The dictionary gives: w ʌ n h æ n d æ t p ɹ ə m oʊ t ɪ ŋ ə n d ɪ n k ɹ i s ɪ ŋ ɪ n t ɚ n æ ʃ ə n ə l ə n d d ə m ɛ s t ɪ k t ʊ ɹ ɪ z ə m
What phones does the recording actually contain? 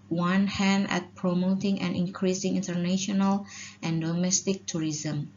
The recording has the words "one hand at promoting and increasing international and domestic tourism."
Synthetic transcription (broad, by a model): w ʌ n h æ n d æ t p ɹ ə m oʊ t ɪ ŋ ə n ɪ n k ɹ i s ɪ ŋ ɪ n t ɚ n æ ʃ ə n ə l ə n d d ə m ɛ s t ɪ k t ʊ ɹ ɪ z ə m